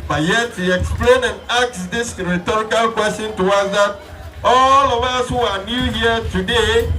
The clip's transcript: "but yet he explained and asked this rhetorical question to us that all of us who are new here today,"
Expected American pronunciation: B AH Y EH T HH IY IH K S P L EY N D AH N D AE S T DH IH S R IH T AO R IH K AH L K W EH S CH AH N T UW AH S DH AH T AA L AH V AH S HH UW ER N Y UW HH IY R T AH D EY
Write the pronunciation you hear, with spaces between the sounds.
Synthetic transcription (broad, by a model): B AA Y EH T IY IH K S P L EY N AH N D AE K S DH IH S R IH T AO R IH K AH L K W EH S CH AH N T UW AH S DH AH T AA L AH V AH S HH UW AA N Y UW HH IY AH T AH D EY